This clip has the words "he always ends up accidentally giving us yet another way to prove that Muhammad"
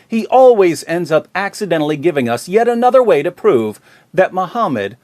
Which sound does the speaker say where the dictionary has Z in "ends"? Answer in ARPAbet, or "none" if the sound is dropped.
Z